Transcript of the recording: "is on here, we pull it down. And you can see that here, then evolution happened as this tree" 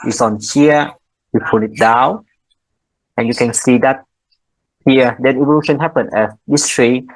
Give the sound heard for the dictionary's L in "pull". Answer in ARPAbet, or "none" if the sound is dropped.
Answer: N